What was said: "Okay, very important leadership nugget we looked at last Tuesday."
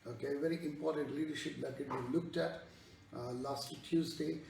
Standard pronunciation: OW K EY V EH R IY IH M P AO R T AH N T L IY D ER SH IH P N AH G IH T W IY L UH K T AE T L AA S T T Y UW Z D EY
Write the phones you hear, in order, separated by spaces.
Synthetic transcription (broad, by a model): OW K EY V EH R IY IH M P AO R T AH N T L IY D ER SH IH P L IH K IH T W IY L UH K T AE T L AA S T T Y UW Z D EY